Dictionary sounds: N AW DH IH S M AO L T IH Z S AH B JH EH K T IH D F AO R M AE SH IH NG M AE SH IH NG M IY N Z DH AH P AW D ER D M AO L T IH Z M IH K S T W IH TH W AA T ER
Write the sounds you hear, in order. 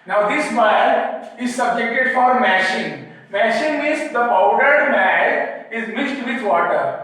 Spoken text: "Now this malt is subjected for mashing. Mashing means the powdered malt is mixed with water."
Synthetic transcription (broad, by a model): N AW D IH S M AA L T IH Z S AH B JH EH K T IH D F AO R M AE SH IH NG M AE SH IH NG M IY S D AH P AW D ER D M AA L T IH Z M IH S T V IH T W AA T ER